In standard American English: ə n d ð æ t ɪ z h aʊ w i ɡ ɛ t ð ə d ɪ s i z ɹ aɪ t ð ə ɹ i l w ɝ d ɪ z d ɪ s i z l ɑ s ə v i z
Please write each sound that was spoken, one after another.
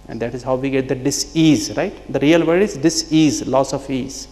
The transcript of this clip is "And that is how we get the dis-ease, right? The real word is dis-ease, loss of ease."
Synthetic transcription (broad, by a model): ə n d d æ t ɪ z h aʊ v i ɡ ɛ t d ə d ɪ s i z ɹ aɪ t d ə ɹ i l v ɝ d ɪ z d ɪ s i z l ɑ s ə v i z